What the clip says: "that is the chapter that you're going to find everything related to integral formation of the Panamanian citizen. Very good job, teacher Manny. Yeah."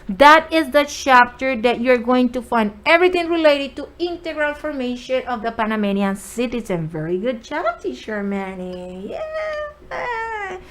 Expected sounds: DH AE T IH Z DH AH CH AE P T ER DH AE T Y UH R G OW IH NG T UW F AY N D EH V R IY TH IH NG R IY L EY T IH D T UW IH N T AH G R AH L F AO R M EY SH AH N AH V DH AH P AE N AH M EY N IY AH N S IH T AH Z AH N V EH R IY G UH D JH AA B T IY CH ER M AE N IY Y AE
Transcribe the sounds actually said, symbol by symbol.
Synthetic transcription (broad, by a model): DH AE T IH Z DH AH CH AE P T ER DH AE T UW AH R G OW IH NG T UW F AY N D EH V R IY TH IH NG R IY L EY T IH D T UW IH N T AH G R AH L F AO R M EY SH AH N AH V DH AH P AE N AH M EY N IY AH N S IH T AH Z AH N V EH R IY G UH D CH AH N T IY SH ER M AE N IY Y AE